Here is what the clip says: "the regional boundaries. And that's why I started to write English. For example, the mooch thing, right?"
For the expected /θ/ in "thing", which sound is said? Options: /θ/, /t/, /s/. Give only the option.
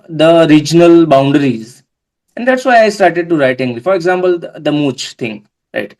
/t/